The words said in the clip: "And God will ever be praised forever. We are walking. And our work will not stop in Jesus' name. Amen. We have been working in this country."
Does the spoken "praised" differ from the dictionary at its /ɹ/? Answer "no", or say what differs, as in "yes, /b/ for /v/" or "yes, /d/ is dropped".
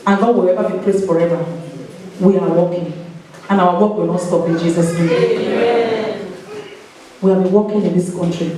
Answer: yes, /l/ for /ɹ/